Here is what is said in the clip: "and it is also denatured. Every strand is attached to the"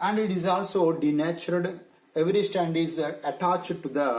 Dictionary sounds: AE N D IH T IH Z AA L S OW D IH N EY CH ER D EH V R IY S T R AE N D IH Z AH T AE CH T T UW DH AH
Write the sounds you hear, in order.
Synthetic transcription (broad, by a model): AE N D IH T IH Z AA L S OW D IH N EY CH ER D EH V R IY S T AE N D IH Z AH T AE CH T T UW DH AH